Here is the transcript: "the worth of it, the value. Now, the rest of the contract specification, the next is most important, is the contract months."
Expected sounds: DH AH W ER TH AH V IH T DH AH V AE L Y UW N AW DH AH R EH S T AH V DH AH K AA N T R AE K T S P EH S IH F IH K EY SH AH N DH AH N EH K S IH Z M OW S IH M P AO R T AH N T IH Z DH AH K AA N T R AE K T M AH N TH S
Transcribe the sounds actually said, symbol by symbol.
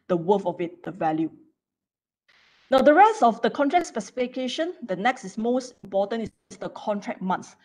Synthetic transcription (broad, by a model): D AH W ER F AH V IH T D AH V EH L Y UW N AW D AH R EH S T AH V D AH K AA N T R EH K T S P EH S IH F IH K EY SH AH N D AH N EH K S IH S M OW S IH M P AO T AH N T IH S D AH K AA N T R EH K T M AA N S